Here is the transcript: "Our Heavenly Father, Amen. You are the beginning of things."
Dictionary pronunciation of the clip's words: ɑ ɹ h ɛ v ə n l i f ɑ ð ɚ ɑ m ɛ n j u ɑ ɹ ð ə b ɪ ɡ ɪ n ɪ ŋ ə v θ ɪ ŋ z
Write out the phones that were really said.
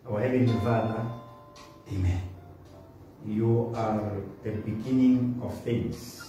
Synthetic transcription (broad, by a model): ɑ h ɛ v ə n i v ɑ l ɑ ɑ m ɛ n j u ɑ ɹ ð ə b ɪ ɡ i n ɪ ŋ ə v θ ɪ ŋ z